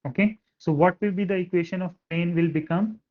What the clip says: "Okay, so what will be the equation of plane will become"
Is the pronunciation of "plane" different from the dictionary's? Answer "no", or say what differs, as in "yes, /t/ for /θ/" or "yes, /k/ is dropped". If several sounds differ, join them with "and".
yes, /l/ is dropped